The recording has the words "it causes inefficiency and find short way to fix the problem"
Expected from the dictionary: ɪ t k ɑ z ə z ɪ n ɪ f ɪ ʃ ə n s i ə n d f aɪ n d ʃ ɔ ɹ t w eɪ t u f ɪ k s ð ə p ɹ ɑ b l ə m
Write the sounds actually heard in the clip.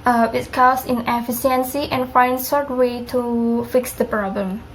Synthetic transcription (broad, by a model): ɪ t k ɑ s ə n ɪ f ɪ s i ə n s i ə n f aɪ n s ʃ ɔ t w eɪ t u f ɪ k s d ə p ɹ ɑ b l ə m